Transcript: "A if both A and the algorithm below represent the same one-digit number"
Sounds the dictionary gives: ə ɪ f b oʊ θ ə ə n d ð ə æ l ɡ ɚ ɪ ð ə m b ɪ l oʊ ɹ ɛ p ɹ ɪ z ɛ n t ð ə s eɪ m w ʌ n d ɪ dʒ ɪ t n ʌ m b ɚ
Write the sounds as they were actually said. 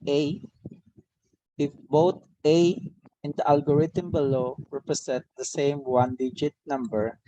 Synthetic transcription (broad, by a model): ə ɪ f b oʊ t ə ə n d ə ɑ l ɡ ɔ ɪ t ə m b ɪ l oʊ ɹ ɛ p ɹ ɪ s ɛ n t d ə s eɪ m w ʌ n d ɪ dʒ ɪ t n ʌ m b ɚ